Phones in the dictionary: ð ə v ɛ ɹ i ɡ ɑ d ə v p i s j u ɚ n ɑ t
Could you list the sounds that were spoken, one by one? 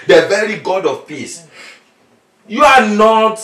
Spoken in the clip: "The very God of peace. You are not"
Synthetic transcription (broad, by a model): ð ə v ɛ ɹ i ɡ ɑ d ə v p i s j u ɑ n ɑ t